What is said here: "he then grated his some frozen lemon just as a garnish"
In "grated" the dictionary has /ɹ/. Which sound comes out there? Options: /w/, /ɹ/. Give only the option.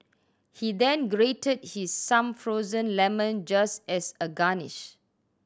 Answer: /ɹ/